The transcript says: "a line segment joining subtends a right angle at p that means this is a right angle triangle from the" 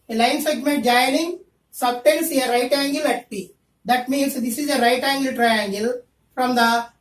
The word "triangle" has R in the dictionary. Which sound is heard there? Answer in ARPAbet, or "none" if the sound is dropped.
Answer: R